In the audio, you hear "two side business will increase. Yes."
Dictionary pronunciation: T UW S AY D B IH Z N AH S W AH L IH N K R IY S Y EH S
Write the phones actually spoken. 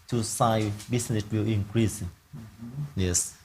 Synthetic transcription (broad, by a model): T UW S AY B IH S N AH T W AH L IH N K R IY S Y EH S